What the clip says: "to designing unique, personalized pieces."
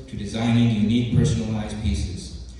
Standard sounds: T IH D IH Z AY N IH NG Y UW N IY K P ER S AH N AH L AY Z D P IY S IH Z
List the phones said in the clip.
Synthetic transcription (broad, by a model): T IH D IH Z AY N IH NG Y UW N IY K P ER S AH N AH L AY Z P IY S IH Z